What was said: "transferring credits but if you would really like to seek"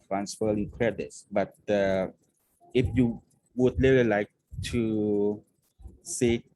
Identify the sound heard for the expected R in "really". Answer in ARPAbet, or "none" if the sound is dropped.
L